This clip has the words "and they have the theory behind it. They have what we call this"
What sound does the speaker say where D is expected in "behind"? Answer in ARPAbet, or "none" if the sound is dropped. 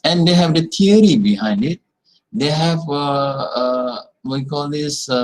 D